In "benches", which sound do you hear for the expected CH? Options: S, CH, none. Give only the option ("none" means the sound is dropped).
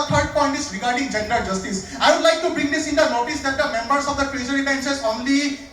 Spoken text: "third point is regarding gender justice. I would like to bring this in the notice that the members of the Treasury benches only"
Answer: S